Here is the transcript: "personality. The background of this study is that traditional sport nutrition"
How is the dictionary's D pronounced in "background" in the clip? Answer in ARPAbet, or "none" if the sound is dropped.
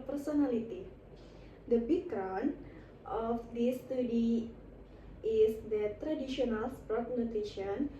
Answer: none